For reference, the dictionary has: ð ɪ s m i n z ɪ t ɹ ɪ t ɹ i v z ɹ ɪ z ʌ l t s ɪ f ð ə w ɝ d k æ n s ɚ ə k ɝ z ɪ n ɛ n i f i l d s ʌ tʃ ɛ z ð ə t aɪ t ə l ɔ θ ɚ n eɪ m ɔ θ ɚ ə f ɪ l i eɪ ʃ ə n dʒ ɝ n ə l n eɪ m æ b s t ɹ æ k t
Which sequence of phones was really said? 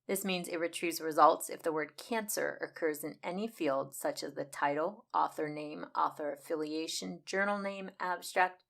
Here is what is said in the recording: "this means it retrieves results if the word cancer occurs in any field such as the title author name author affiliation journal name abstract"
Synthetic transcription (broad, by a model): ð ɪ s m i n z ɪ t ɹ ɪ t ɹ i z ɹ ɪ z ʌ l t s ɪ f ð ə w ɝ d k æ n s ɚ ə k ɝ z ɪ n ɛ n i f i l d s ʌ tʃ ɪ z ð ə t aɪ t l ɔ θ ɚ n eɪ m ɔ θ ɚ ə f ɪ l i eɪ ʃ ə n dʒ ɝ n l n eɪ m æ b s t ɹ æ k t